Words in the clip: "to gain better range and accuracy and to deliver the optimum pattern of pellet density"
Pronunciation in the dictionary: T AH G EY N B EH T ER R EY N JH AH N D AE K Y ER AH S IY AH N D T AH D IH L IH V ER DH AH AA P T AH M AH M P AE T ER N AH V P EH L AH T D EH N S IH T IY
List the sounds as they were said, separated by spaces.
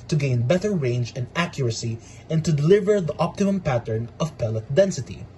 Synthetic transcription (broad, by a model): T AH G EY N B EH T ER R EY N JH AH N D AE K Y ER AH S IY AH N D T AH D IH L IH V ER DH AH AA P T AH M AH M P AE T ER N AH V P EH L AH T D EH N S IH T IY